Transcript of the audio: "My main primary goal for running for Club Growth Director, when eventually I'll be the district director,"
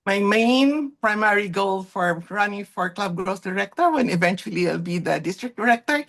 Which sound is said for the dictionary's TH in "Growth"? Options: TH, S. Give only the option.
S